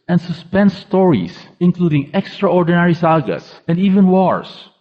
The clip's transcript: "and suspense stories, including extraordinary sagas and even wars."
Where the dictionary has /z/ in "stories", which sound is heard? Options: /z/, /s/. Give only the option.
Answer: /s/